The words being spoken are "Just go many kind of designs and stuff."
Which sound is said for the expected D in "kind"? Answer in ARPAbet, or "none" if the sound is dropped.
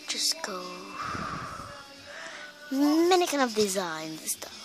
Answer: none